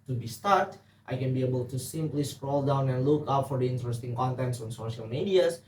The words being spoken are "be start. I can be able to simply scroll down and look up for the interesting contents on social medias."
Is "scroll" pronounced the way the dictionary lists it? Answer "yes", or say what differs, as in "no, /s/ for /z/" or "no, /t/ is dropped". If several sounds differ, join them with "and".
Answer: yes